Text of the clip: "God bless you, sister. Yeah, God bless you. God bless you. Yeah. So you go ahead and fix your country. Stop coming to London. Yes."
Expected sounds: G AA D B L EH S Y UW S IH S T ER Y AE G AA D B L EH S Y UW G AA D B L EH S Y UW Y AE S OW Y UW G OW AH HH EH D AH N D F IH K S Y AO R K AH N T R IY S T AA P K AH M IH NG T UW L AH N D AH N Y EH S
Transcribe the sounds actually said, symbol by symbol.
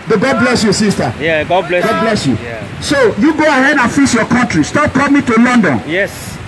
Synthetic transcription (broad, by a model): G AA D B L EH S Y UW S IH S T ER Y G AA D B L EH G AA D B L EH S Y UW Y S OW Y UW G OW AH HH EH D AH N F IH S Y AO K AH N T R IY S T AA P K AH M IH T UW L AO N D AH N Y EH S